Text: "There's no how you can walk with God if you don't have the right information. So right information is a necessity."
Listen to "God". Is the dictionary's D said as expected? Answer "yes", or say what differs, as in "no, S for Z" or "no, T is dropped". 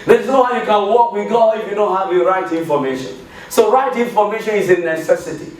no, D is dropped